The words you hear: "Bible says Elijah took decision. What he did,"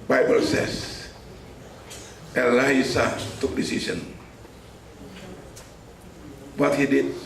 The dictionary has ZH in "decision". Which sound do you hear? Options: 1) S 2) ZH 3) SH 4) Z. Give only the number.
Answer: 1